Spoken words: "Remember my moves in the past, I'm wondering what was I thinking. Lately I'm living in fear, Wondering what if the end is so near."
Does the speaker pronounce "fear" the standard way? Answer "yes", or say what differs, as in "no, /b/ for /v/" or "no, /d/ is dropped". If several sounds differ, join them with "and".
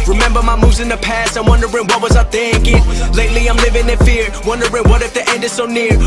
yes